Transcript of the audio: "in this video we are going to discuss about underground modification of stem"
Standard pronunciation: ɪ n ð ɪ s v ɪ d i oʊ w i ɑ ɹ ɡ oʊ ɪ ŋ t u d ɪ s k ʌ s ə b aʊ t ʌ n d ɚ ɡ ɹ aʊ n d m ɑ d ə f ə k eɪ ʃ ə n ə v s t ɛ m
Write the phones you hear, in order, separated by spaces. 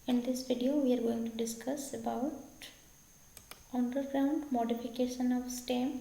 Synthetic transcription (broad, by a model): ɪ n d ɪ s v ɪ d i oʊ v i ɑ ɹ ɡ oʊ ɪ ŋ t u d ɪ s k ʌ s ə b aʊ t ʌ n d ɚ ɡ ɹ aʊ n d m ɑ d ə f ə k eɪ ʃ ə n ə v s t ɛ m